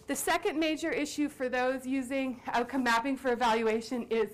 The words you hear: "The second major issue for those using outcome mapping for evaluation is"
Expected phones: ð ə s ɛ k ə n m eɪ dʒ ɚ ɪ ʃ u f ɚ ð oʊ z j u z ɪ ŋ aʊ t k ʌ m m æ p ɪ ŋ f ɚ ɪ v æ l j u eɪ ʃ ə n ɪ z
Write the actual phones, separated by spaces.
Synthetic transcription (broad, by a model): ð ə s ɛ k ə n m eɪ dʒ ɚ ɪ ʃ u f ɚ ð oʊ z j u z ɪ ŋ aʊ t k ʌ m m æ p ɪ ŋ f ɚ ɪ v æ l j u eɪ ʃ ə n ɪ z